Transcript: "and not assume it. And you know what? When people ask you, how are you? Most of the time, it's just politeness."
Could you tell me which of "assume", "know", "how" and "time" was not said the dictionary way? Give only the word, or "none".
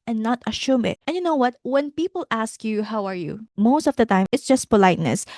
assume